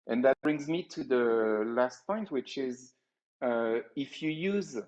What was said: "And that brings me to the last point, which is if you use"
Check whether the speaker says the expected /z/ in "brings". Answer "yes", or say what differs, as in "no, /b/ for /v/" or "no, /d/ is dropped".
yes